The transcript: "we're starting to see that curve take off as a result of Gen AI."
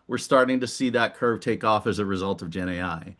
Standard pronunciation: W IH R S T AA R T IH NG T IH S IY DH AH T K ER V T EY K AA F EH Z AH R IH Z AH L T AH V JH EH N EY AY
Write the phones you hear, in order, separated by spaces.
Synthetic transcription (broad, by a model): W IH R S T AA R T IH NG T IH S IY DH AH T K ER V T EY K AA F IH Z AH R IH Z AH L T AH V JH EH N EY AY